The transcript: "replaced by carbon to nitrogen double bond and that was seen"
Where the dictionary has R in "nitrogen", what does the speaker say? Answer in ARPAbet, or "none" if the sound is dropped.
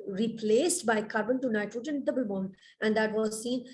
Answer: none